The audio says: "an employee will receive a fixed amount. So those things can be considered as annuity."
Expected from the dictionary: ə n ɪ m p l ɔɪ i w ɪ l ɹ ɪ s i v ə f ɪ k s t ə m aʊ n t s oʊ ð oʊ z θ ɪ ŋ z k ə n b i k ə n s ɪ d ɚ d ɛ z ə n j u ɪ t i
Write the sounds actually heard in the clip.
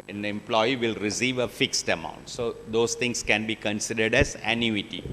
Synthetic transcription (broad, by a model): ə n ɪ m p l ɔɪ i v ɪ l ɹ ɪ s i v ə f ɪ k s t ə m aʊ n t s oʊ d oʊ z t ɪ ŋ s k ə n b i k ə n s ɪ d ɚ d ɛ z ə n j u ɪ t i